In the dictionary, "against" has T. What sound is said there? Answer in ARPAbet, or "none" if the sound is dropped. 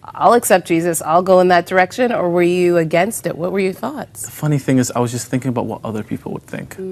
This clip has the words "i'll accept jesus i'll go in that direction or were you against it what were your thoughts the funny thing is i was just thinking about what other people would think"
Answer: T